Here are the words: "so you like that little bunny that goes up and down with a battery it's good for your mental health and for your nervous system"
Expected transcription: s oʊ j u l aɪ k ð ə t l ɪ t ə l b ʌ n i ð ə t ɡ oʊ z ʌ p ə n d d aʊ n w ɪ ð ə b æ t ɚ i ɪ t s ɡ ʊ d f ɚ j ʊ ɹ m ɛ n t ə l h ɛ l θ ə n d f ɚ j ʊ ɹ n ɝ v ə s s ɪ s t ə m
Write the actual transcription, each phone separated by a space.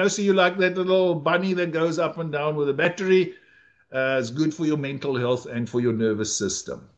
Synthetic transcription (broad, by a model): s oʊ j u l aɪ k ð ə t l ɪ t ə l b ʌ n i ð ə t ɡ oʊ z ʌ p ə n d d aʊ n w ɪ ð ə b æ t ɚ i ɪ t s ɡ ʊ d f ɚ j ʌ m ɛ n t ə l h ɛ l θ ə n d f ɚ j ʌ n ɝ v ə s s ɪ s t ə m